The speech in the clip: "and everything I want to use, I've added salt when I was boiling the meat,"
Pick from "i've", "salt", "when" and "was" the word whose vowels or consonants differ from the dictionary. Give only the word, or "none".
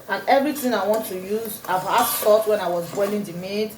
salt